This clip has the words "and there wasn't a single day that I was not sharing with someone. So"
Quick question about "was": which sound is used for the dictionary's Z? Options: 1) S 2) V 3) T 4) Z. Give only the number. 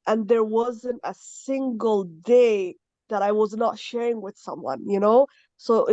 4